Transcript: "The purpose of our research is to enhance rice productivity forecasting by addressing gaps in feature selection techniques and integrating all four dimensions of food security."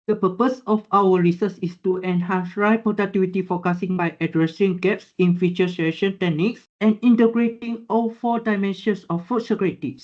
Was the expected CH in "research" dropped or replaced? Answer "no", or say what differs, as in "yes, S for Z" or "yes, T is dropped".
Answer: yes, S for CH